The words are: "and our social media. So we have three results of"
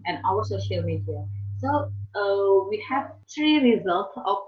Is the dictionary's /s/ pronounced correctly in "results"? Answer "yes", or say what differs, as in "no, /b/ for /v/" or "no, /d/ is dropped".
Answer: yes